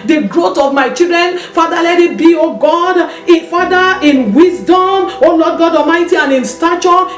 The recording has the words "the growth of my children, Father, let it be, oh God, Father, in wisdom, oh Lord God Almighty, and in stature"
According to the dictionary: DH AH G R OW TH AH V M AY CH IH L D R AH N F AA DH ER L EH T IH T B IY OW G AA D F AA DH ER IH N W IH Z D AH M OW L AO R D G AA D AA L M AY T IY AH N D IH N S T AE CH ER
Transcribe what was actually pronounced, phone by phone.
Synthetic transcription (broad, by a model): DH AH G R OW T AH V M AY CH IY L D R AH N F AA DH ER L EH T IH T B IY OW G AA D F AA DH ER IH N W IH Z D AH M OW L AO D G AA D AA M AY T IY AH N IH N S T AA CH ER